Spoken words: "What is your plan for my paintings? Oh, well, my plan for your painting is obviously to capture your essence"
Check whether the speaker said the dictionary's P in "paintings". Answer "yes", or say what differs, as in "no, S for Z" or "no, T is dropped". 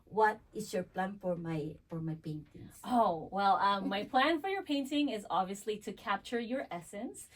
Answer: no, F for P